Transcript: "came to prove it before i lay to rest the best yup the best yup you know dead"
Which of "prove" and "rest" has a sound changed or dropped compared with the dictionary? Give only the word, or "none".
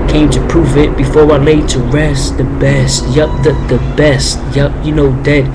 none